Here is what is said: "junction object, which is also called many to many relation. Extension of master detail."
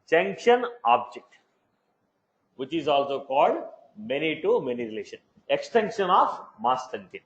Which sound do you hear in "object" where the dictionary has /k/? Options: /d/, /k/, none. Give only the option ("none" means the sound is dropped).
/k/